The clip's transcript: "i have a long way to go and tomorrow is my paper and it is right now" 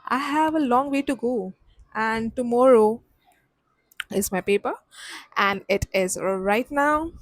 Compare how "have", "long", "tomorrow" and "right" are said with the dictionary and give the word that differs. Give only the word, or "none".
none